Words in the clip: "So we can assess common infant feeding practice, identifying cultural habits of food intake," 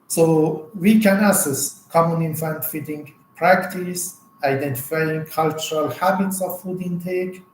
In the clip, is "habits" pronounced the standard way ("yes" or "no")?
yes